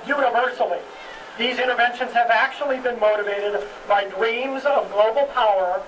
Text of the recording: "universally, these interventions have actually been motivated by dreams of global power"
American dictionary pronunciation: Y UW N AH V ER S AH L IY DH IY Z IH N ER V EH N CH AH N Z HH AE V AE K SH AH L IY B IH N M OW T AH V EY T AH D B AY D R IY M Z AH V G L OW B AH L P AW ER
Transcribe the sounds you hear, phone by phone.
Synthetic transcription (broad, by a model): Y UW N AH V ER S L IY DH IY Z IH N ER V EH N SH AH N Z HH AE V AE K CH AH L IY B IH N M OW T AH V EY T AH D B AY D R IY M Z AH V G L OW B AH L P AW ER